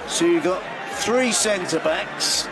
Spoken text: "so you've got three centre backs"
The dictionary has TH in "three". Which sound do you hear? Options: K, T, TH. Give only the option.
TH